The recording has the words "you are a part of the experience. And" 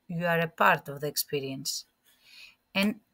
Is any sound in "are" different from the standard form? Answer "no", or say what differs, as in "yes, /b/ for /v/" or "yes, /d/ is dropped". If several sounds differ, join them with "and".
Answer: no